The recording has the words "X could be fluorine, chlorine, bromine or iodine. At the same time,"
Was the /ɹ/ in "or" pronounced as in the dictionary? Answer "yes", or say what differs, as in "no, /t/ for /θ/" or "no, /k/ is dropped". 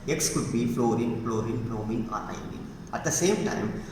no, /l/ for /ɹ/